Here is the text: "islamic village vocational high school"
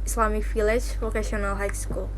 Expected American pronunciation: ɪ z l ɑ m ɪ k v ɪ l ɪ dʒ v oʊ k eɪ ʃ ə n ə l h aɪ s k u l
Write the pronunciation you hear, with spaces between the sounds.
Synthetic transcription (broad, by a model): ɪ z l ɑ m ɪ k f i l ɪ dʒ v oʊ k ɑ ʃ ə n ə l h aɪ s k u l